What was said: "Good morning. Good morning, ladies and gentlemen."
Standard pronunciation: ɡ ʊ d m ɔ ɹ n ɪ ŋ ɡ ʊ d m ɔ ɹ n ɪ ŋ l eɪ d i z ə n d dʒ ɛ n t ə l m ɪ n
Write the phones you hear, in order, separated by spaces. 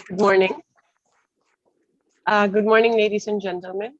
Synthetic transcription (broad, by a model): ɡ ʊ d m ɔ ɹ n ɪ ŋ ɡ ʊ d m ɔ ɹ n ɪ ŋ l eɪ d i s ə n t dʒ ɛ n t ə l m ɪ n